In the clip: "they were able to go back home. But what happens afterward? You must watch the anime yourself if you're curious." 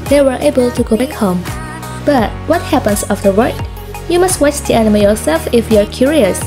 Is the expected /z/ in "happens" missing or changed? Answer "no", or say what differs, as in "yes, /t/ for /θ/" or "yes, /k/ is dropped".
yes, /s/ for /z/